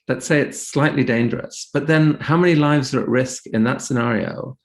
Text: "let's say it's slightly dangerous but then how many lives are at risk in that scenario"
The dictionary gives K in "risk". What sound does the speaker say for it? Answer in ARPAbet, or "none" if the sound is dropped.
K